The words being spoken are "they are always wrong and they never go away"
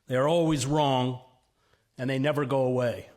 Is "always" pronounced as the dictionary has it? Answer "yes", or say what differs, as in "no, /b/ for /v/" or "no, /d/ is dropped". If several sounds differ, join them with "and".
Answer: yes